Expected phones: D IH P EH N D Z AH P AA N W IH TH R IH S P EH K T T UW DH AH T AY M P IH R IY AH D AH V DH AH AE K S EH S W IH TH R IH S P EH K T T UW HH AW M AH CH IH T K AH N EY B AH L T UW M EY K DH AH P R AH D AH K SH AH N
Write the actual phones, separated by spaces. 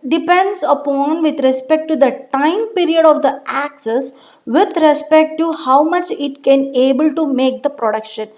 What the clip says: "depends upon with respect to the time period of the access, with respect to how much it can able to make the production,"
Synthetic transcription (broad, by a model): D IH P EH N D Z AH P AA N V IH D R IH S P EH K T T UW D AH T AY M P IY R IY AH D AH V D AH AE K S EH S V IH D R IH S P EH K T T UW HH AW M AH CH IH T K AH N EY B AH L T UW M EY K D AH P R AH D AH K SH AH N